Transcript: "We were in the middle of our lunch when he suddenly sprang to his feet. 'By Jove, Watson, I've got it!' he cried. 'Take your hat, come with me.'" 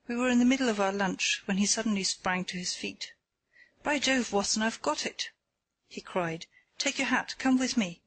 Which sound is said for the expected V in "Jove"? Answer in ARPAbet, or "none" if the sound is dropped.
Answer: V